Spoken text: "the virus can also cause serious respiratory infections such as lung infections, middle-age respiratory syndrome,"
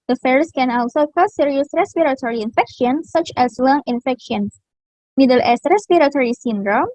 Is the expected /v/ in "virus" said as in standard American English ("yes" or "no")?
no